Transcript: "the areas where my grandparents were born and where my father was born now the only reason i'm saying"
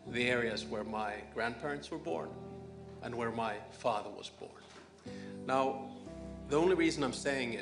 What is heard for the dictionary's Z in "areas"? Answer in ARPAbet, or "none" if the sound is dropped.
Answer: Z